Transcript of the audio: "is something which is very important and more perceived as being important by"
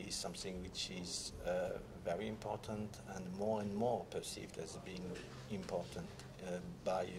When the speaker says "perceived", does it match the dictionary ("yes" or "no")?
yes